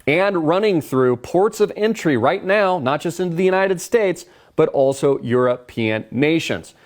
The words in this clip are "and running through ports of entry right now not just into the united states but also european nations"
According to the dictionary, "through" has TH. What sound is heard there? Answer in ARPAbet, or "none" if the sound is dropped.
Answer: TH